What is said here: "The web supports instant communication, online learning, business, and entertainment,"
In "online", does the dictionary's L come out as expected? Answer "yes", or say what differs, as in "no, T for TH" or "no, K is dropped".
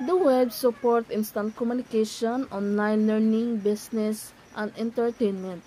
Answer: no, L is dropped